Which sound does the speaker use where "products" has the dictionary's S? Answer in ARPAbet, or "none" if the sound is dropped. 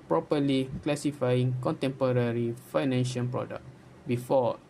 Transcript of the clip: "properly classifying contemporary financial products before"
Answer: none